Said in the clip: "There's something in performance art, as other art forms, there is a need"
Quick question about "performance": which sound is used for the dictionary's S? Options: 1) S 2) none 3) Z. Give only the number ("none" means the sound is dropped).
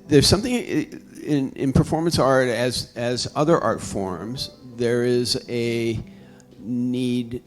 1